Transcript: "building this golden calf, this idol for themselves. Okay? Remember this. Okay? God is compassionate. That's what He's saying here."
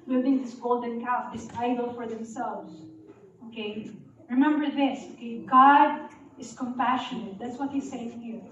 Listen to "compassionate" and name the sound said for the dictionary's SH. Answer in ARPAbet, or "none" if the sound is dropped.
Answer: SH